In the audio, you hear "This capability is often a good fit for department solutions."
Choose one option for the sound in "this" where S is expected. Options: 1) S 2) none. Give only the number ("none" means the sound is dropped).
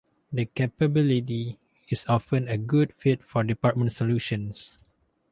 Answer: 2